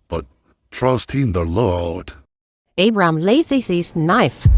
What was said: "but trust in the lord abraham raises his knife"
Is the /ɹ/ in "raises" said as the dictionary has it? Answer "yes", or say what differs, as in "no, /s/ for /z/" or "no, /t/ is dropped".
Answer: no, /l/ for /ɹ/